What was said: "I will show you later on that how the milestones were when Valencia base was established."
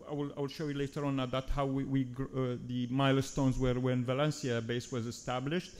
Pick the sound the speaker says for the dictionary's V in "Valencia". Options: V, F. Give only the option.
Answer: V